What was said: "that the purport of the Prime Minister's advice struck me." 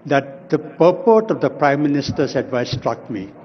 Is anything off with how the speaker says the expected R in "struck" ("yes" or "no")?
no